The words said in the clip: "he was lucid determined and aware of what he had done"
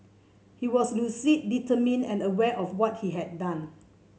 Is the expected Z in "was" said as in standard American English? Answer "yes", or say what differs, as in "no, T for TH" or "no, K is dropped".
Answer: no, S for Z